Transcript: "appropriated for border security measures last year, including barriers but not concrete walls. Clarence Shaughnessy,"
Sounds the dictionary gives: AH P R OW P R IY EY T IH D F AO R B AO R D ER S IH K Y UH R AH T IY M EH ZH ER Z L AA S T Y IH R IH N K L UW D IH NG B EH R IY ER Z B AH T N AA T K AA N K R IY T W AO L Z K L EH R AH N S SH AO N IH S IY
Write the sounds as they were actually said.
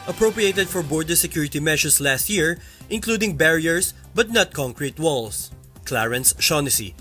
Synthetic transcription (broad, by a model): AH P R OW P R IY EY T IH D F AO R B AO R D ER S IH K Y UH R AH T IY M EH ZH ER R L AA S T Y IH R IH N K L UW D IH NG B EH R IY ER S B AH T N AA T K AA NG K R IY T W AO L S K L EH R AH N S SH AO N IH S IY